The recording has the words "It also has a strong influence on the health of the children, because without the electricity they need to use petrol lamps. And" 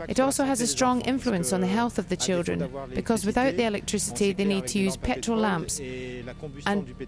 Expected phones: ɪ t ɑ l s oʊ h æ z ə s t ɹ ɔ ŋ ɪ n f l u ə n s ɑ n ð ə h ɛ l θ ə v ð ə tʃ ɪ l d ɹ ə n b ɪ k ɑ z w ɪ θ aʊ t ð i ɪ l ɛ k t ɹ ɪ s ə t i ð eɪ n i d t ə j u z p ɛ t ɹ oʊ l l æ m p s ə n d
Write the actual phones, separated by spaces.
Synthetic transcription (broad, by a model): ɪ t ɑ l s oʊ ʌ z ə s t ɹ ɔ ŋ ɪ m f l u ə n s n ð ə h ɛ l θ ə v ð ə tʃ ɪ l d ɹ ə n b ɪ k ɑ z w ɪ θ aʊ t ð i ɪ l ɛ k t ɹ ɪ s ə t i ð eɪ n i d t ə j u z p ɛ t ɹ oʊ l l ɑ m p s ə n